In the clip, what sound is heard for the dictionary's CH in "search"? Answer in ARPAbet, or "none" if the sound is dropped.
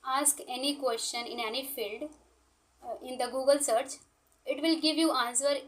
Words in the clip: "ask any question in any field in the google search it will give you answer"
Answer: CH